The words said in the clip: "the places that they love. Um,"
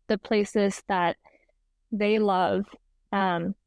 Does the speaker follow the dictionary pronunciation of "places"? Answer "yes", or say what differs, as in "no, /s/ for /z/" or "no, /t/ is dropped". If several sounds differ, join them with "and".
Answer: yes